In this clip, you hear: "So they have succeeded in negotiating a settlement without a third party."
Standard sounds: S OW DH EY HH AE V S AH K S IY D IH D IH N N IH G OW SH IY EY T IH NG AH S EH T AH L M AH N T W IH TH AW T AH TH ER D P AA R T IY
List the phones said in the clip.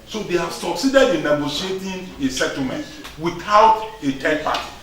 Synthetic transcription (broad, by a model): S OW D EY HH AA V S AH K S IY D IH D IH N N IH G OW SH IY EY T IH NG AH S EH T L M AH N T W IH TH AW T AH T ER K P AA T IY